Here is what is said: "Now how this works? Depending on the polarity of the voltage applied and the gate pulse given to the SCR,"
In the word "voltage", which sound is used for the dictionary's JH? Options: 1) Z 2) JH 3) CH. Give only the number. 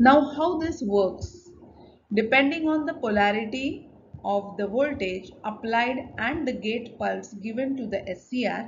2